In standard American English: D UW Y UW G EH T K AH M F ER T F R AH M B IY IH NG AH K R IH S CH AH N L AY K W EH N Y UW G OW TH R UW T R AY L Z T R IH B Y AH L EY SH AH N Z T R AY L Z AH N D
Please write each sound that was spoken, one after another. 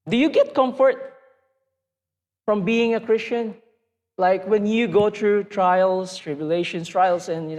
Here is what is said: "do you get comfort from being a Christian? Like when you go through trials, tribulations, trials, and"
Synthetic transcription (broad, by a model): D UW Y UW G EH T K AH M F ER T F R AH M B IY IH NG AH K R IH S CH AH N L AY K W EH N Y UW G OW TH R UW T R AY L S T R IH B Y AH L EY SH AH N S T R AY L S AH N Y